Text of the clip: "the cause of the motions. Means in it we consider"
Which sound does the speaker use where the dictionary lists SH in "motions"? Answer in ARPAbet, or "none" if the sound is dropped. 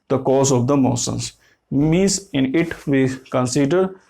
S